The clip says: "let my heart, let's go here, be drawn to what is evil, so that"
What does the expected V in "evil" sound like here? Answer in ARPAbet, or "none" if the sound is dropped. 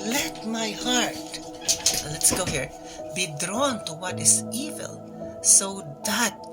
V